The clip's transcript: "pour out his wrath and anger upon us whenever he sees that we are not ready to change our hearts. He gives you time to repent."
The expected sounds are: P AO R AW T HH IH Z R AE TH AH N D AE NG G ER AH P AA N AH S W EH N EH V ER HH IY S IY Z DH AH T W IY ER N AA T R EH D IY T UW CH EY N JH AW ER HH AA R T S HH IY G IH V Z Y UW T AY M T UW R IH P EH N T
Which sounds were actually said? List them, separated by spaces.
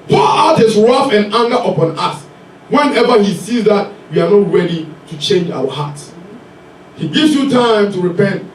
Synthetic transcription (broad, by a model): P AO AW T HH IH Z R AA F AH N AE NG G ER AH P AA N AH S W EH N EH V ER HH IY S IY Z DH AH T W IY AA N AA T R EH D IY T UW CH EY N JH AW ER HH AA T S HH IY G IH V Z Y UW T AY M T UW R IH P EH N T